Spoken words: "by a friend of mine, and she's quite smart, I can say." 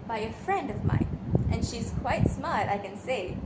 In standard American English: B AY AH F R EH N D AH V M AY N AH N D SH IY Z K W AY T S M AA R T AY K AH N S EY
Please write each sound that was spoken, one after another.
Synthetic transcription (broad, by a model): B AY AH F R EH N D AH V M AY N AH N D SH IY Z K W AY T S M AA R T AY K AH N S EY